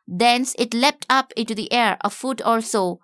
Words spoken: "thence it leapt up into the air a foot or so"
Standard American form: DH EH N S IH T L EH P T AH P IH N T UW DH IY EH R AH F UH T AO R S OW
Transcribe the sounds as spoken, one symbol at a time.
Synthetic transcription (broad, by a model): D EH N S IH T L EH P T AH P IH N T UW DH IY EH R AH F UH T AO L S OW